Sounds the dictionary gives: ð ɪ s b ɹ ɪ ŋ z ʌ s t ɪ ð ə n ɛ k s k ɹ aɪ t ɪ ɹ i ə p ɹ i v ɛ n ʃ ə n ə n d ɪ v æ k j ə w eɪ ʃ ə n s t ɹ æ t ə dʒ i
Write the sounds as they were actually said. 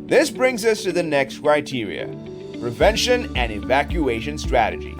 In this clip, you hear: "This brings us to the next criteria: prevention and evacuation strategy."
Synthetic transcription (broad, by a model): ð ɪ s b ɹ ɪ ŋ z ʌ s t ɪ ð ə n ɛ k s k ɹ aɪ t ɪ ɹ i ə p ɹ i v ɛ n ʃ ə n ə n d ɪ v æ k j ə eɪ ʃ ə n s t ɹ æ t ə dʒ i